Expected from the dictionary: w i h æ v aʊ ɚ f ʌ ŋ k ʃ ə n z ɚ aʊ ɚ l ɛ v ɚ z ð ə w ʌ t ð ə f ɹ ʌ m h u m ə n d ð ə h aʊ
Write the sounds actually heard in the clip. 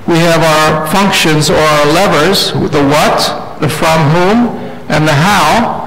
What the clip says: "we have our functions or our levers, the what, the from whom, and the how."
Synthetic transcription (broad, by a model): w i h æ v aʊ ɚ f ʌ ŋ k ʃ ə n z ɚ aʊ ɚ l ɛ v ɚ z ð ə w ʌ t ð ə f ɹ ʌ m h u m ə n ð ə h aʊ